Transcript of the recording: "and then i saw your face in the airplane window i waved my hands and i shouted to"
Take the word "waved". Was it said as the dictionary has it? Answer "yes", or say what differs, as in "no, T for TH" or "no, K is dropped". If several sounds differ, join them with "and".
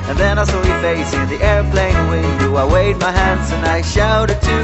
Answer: no, V is dropped